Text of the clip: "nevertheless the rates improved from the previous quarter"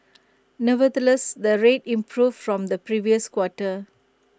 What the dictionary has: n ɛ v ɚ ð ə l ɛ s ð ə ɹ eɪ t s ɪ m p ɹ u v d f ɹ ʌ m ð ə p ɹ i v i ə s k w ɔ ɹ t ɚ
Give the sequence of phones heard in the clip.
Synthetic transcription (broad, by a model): n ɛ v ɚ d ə l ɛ s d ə ɹ eɪ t ɪ m p ɹ u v f ɹ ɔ m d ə p ɹ i v i ə s k w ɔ t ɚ